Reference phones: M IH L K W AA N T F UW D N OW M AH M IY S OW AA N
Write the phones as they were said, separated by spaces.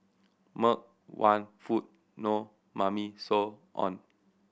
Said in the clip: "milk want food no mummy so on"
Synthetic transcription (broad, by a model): M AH K W AA N F UW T N OW M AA M IY S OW AA N